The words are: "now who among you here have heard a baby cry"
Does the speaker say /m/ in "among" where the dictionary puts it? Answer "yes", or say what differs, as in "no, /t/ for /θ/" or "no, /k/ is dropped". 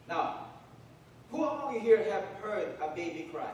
no, /m/ is dropped